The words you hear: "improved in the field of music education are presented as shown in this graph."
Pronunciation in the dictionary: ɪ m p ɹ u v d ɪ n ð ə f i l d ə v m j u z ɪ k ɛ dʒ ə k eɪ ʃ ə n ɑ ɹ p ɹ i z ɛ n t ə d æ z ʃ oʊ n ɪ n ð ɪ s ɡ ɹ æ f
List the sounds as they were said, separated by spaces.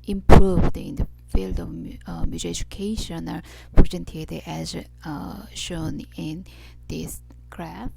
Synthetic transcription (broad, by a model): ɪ m p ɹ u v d ɪ n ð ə f i l d ə v m j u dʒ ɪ ɛ dʒ ə k eɪ ʃ ə n ɑ ɹ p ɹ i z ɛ n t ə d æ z ʃ oʊ n ɪ n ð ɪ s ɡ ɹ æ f